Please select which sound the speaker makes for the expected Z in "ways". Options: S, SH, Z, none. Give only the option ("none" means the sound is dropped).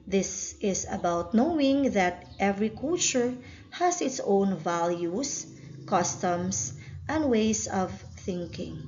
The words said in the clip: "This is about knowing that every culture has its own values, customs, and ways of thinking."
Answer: S